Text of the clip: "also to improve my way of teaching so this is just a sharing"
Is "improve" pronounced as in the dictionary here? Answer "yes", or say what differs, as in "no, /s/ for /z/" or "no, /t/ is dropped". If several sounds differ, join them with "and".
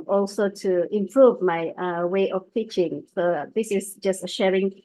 yes